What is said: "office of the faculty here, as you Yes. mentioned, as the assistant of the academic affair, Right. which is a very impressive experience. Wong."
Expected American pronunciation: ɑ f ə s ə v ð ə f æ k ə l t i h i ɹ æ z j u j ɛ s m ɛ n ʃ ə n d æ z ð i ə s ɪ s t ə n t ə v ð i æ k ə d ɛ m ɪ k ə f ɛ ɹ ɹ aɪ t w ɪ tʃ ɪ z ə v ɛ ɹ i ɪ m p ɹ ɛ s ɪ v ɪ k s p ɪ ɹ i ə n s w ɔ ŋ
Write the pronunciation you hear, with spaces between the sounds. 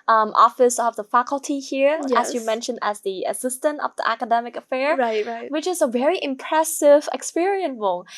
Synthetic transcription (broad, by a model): ɑ f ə s ə v ð ə f æ k ə l t i h i ɹ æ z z j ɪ m ɛ n ʃ ə n d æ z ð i ə s ɪ s t ə n t ə v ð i æ k ə d ɛ m ɪ k ə f ɛ ɹ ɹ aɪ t w ɪ tʃ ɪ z ə v ɛ ɹ i ɪ m p ɹ ɛ s ɪ v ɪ k s p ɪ ɹ i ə n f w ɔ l